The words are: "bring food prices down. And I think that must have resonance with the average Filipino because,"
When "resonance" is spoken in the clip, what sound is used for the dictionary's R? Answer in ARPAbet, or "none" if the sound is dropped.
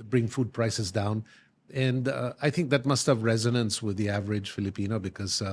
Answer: R